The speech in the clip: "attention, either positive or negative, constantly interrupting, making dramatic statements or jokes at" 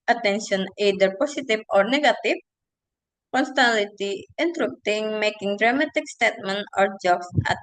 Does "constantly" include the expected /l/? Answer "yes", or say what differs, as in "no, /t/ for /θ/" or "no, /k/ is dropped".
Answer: no, /l/ is dropped